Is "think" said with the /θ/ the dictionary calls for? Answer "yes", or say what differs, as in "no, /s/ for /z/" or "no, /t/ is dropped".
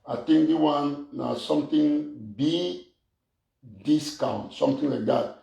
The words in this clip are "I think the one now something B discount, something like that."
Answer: no, /t/ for /θ/